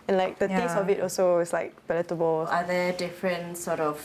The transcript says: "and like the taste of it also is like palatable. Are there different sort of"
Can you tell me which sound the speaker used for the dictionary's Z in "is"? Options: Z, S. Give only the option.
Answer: S